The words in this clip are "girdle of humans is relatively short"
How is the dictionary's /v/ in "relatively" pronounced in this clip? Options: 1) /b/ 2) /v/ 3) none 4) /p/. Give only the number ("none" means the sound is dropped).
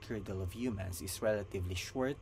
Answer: 2